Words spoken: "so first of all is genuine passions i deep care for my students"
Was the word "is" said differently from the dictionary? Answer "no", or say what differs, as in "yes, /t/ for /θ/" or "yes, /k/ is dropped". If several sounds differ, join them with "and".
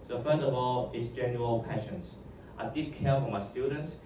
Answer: yes, /s/ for /z/